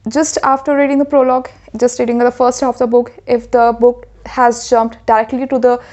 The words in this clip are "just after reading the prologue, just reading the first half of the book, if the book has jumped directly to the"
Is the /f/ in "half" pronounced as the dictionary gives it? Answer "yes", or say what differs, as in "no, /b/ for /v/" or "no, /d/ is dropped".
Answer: no, /f/ is dropped